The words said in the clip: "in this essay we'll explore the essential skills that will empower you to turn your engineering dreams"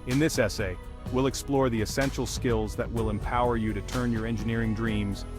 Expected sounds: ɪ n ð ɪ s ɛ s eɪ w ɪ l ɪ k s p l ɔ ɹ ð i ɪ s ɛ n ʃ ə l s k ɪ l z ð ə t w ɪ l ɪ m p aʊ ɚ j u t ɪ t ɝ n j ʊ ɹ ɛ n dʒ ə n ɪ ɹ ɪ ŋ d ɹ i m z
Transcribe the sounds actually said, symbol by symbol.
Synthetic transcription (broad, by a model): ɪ n ð ɪ s ɛ s eɪ w ɪ l ɪ k s p l ɔ ɹ ð i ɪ s ɛ n ʃ l s k ɪ l z ð ə t w ɪ l ɪ m p aʊ ɚ j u t ɪ t ɝ n j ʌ ɹ ɛ n dʒ ə n ɪ ɹ ɪ ŋ d ɹ i m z